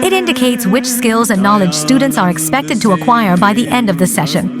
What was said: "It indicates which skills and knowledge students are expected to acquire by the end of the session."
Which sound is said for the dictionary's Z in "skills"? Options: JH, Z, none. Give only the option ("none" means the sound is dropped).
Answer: Z